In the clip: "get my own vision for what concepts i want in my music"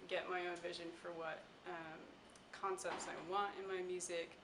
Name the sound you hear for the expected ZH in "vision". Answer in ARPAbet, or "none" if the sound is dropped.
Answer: ZH